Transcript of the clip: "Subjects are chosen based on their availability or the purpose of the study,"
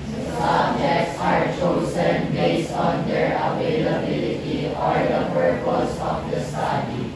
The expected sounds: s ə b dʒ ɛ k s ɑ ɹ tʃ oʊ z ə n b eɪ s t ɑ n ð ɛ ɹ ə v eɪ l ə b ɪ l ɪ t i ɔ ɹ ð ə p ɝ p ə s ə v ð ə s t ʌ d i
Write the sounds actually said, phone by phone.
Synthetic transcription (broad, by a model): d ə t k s ɑ ɹ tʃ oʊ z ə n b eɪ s ɑ n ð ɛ ɹ ə v eɪ l ə b ɪ l ɪ t i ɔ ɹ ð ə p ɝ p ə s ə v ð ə s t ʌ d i